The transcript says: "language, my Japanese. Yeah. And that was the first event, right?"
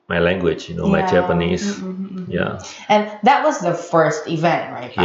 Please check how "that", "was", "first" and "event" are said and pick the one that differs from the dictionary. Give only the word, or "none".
none